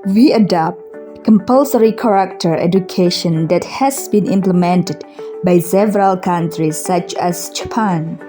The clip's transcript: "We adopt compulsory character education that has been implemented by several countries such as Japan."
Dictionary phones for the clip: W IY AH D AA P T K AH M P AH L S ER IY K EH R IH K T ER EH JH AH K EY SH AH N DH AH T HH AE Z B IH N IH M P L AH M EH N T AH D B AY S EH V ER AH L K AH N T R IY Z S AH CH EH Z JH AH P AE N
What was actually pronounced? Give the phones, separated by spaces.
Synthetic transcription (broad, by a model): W IY AH D AA P T K AH M P AH L S ER IY K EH R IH K T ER EH JH AH K EY SH AH N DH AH T HH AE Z B IH N IH M P L AH M EH N T AH D B AY S EH V ER AH L K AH N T R IY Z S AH CH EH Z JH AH P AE N